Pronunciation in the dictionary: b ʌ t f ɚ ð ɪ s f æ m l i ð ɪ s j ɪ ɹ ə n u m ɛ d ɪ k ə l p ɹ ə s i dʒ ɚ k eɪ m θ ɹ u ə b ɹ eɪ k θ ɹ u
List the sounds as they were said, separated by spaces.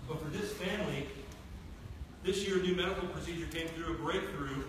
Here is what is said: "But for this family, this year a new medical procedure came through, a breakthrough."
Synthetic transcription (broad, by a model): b ʌ t f ɚ ð ɪ s f æ m l i ð ɪ s j ɪ ɹ ə n u m ɛ d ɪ k l p ɹ ə s i dʒ ɚ k eɪ m θ ɹ u ə b ɹ eɪ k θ ɹ u